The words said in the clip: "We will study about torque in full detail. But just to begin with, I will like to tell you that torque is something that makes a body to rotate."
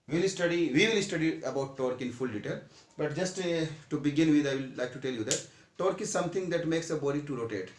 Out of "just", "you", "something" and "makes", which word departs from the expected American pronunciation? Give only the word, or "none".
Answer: something